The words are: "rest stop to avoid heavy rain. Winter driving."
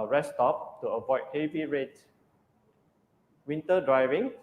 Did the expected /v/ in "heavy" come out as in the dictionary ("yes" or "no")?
yes